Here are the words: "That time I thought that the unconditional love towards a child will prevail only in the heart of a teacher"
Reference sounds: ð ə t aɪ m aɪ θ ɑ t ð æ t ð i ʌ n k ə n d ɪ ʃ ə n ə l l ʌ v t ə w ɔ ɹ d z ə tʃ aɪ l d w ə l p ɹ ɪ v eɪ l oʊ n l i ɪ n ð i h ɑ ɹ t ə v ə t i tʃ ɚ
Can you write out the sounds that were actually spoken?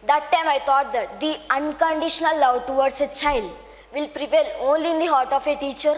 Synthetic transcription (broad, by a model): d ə t aɪ m aɪ t ɑ t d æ t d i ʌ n k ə n d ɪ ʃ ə n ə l l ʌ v t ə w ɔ ɹ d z ə tʃ aɪ l d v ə l p ɹ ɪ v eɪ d oʊ n l i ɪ n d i h ɑ ɹ t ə f ə t i tʃ ɚ